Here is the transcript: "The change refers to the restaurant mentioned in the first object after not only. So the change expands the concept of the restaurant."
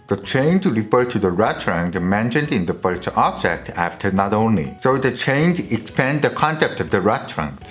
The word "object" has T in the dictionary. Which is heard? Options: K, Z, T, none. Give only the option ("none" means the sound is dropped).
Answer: T